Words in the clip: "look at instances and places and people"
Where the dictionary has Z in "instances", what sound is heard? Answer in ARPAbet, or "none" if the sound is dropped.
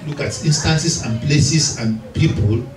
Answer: S